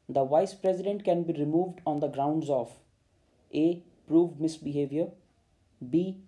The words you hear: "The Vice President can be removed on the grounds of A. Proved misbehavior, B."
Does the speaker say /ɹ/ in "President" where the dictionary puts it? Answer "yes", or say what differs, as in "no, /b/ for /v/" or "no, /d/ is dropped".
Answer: yes